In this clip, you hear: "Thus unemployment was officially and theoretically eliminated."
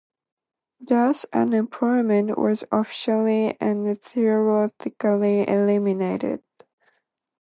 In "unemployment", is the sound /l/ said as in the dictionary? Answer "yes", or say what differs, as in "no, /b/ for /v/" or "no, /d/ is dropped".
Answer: no, /l/ is dropped